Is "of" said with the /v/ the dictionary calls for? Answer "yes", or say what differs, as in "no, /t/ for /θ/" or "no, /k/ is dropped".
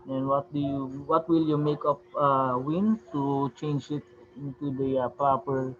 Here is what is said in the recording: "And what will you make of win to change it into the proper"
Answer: no, /p/ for /v/